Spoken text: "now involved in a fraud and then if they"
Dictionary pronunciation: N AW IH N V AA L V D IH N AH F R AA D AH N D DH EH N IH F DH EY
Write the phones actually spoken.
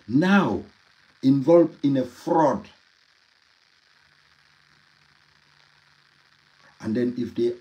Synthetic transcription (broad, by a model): N AW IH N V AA L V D IH N AH F R AA D AH N D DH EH N IH F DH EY